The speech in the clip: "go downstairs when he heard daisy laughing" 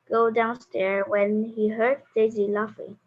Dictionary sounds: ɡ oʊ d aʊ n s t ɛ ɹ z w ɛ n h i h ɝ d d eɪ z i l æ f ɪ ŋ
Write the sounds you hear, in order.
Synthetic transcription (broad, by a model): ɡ oʊ d aʊ n s t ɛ ɹ w ɛ n h i h ɝ d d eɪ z i l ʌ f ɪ